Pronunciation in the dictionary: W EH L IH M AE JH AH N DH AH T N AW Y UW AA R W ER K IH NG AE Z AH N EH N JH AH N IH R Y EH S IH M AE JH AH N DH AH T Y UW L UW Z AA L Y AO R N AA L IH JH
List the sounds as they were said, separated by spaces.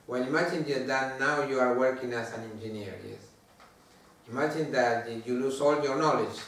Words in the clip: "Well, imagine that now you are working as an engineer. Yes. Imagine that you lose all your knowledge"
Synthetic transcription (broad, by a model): W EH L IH M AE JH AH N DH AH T N AW Y UW AA R W ER K IH NG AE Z AH N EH N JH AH N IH R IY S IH M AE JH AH N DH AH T Y UW L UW S AA L Y AO R N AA L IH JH